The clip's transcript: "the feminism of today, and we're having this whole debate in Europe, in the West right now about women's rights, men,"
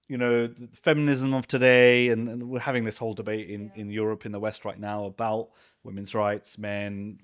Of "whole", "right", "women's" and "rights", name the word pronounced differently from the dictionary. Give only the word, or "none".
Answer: none